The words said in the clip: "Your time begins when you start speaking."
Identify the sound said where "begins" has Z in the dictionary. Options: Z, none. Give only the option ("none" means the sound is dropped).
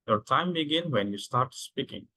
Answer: none